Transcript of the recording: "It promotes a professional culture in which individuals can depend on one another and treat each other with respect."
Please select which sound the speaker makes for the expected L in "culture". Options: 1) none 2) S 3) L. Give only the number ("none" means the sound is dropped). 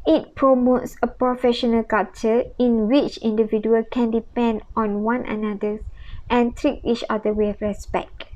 1